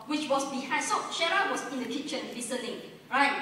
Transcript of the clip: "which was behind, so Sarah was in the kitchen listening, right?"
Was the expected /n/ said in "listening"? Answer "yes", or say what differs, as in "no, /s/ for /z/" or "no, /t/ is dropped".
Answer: no, /l/ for /n/